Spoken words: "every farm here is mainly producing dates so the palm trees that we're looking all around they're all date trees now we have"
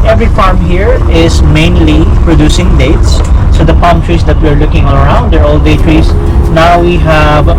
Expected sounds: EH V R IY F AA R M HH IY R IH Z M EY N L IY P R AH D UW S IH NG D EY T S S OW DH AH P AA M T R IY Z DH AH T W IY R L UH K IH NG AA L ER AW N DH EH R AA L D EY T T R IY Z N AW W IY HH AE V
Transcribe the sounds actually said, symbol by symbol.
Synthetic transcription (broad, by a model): EH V R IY F AA R M HH IY R IH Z M EY N L IY P R AH D UW S IH NG D EY T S S OW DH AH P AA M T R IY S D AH T W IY R L UH K IH NG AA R AW N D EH R AA L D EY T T R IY S N AW W IY HH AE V